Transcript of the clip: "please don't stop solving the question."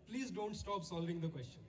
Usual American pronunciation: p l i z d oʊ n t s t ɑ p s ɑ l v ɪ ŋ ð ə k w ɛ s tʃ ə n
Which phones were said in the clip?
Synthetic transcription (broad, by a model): p l i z d oʊ n t s t ɑ p s ɑ l v ɪ ŋ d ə k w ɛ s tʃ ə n